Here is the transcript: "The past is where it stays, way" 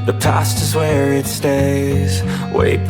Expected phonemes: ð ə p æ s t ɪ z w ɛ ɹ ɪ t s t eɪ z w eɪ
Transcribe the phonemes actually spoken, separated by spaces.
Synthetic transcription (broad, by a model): ð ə p æ s t ɪ z w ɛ ɹ ɪ t s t eɪ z w eɪ